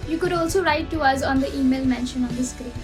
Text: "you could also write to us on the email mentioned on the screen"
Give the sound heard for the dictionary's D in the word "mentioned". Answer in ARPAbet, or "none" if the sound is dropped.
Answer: none